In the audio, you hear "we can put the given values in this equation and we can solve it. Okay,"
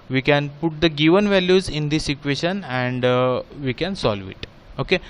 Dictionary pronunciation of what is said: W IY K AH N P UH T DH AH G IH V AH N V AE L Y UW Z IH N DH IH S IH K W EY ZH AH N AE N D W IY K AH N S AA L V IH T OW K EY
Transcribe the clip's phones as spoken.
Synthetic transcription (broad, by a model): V IY K AH N P UH T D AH G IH V AH N V AE L Y UW Z IH N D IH S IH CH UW EY SH AH N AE N D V IY K AH N S AA L V IH T OW K EY